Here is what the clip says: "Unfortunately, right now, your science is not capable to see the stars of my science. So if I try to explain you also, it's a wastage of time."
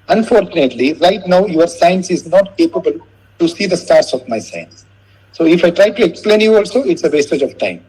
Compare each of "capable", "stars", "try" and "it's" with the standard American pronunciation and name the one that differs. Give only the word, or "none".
stars